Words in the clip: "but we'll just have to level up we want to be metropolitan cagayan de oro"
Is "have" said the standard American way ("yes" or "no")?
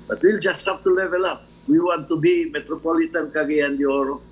no